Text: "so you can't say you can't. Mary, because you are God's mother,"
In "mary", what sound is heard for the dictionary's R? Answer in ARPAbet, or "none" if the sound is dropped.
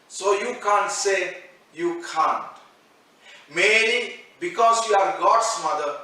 L